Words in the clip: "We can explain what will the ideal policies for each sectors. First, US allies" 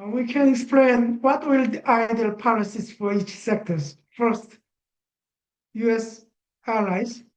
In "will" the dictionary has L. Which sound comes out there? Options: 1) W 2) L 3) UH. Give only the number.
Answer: 2